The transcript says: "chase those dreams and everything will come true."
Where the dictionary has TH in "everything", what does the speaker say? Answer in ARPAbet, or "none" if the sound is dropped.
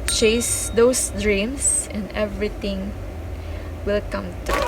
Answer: T